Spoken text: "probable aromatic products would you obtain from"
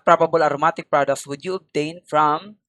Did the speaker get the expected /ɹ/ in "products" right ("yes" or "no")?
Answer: yes